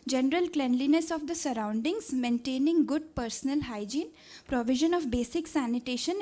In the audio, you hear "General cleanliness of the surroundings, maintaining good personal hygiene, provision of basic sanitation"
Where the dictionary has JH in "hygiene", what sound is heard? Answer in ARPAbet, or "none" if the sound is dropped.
JH